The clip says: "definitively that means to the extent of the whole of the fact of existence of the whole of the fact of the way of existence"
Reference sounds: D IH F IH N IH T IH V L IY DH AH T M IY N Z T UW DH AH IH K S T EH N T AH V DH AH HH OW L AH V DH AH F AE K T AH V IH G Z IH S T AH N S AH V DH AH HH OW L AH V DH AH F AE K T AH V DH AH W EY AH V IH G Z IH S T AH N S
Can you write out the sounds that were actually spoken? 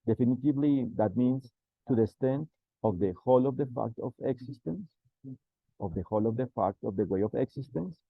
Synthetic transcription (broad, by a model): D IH F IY N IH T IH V L IY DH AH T M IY N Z T UW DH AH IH S T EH N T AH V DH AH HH OW L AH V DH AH F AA K T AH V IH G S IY S T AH N S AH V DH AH HH OW L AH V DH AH F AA K T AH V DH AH W EY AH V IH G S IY S T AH N S